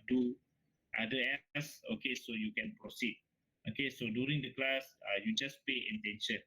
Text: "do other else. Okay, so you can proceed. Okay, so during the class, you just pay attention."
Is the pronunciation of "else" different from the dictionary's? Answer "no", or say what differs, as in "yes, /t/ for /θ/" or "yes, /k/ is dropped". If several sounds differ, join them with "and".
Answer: yes, /l/ is dropped